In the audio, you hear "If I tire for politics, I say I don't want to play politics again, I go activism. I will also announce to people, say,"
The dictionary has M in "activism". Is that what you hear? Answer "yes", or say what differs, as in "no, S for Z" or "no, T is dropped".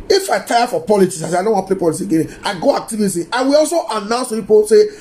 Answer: no, M is dropped